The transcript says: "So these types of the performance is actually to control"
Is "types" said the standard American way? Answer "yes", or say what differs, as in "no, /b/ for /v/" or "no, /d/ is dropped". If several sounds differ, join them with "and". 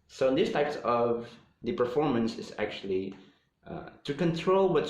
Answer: yes